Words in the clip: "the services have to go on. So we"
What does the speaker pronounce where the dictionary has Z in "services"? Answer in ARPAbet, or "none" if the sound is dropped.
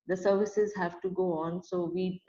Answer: Z